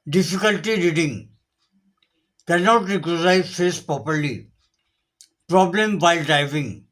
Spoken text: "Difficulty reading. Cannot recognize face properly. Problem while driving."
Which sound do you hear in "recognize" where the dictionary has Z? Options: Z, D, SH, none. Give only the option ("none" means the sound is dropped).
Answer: none